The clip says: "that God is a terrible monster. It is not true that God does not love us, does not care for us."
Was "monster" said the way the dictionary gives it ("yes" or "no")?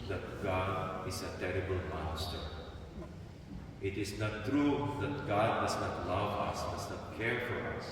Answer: no